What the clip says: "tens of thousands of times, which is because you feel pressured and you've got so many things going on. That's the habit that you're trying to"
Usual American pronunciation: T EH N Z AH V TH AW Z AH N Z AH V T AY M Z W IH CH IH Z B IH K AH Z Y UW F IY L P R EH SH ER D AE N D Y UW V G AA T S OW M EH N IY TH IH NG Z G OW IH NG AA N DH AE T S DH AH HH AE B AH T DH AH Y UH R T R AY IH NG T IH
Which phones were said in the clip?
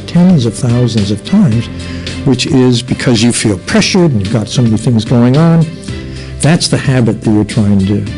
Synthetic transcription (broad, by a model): T EH N Z AH V TH AW Z AH N Z AH V T AY M Z W IH CH IH Z B IH K AH Z Y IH F IY L P R EH SH ER D N Y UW V G AA T S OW M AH IY TH IH NG Z G OW IH NG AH N DH AE T S DH AH HH AE B AH T DH AH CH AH R T R AY IH NG T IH